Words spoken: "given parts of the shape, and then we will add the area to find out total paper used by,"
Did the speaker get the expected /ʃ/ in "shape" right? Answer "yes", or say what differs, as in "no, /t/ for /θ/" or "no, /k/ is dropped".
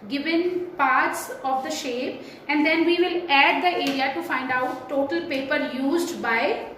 yes